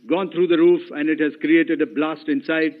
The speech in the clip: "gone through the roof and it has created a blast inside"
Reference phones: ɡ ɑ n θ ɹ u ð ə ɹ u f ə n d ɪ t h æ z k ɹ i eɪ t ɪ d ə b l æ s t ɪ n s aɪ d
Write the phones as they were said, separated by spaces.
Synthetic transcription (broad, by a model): ɡ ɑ n t ɹ u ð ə ɹ u f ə n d ɪ t h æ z k ɹ i eɪ t ɪ d ə b l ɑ s t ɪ n s aɪ d